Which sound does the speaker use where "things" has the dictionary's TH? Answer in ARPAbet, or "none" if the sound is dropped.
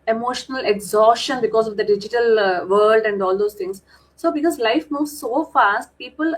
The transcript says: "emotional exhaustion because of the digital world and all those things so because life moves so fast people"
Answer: T